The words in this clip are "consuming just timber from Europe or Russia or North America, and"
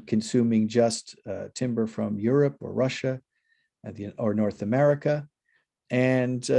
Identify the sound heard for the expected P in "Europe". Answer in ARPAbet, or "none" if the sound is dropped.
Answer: P